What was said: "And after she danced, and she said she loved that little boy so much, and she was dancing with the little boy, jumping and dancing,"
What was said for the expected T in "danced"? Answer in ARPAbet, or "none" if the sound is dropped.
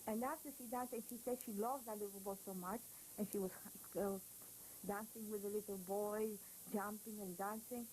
none